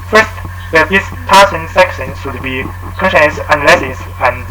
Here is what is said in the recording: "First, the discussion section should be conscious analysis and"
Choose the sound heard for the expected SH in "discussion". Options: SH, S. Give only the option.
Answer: S